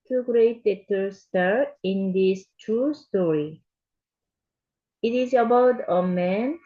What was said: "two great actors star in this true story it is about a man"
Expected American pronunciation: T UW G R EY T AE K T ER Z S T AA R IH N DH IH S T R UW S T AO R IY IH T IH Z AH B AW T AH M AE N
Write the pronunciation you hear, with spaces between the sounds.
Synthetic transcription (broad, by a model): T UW G R EY T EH T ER S T AA R IH N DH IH S T R UW S T AO R IY IH T IH Z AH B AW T AH M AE N